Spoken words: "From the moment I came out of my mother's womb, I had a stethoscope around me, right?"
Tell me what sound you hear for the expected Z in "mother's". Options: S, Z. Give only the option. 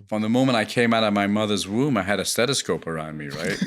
Z